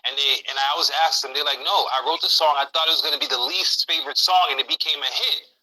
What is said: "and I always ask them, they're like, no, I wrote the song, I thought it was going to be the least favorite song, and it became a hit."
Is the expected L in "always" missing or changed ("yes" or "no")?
yes